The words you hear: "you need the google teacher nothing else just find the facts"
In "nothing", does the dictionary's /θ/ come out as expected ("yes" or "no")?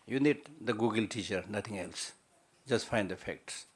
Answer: no